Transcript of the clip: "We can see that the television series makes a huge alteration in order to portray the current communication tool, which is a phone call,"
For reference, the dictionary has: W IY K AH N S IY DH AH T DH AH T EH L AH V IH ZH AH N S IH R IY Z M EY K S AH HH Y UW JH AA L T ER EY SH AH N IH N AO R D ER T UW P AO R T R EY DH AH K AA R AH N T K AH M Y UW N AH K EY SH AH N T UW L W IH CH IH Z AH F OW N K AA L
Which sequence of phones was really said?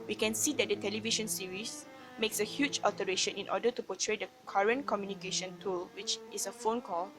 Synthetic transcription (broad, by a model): W IY K AH N S IY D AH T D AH T EH L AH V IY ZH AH N S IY R IY S M EY K S AH HH Y UW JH AA L T ER EY SH AH N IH N AO D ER T UW P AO T R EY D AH K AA R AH N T K AH M Y UW N AH K EY SH AH N T UW L W IH CH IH S AH F OW N K AA L